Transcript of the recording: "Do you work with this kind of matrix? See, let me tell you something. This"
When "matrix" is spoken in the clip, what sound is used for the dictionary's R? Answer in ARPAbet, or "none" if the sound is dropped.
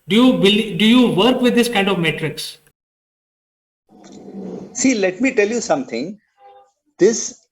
R